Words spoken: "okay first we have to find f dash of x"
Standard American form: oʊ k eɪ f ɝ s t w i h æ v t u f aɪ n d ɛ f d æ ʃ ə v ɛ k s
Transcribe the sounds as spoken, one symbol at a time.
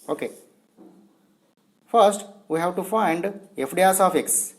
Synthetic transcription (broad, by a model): oʊ k eɪ f ɝ s t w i h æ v t u f aɪ n d ɛ f d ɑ s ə f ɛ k s